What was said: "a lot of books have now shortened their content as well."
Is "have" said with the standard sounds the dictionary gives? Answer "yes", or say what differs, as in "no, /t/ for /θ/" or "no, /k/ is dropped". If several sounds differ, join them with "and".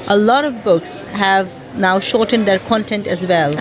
yes